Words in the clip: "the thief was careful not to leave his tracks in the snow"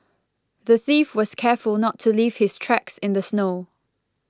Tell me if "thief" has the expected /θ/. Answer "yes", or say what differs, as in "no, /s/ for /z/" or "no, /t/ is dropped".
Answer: yes